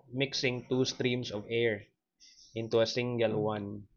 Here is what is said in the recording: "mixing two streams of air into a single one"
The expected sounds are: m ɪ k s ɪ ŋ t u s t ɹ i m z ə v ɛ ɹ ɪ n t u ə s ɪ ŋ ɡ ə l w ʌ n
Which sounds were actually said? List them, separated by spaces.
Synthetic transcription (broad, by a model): m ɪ k s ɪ ŋ t u s t ɹ i m s ə v ɛ ɹ ɪ n t u ə s ɪ ŋ ɡ ə l w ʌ n